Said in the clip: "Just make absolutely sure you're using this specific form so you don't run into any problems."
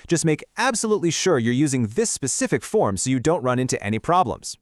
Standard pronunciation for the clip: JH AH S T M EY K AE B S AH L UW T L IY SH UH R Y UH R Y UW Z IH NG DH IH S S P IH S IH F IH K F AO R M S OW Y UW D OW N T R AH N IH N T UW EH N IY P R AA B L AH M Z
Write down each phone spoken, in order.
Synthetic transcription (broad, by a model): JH AH S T M EY K AE B S AH L UW T L IY SH UH R Y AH R Y UW Z IH NG DH IH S S P IH S IH F IH K F AO R M S OW Y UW D OW N T R AH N IH N T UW EH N IY P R AA B L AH M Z